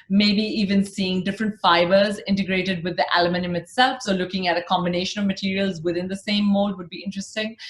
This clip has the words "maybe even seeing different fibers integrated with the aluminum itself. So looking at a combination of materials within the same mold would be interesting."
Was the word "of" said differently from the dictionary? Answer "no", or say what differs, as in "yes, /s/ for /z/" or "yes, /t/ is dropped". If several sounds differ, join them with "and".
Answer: no